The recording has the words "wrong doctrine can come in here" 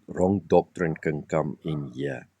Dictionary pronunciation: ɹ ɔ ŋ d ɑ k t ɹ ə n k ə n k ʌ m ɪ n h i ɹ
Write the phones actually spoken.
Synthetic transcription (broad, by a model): ɹ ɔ ŋ d ɑ k t ɹ ə n k ə n k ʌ m ɪ n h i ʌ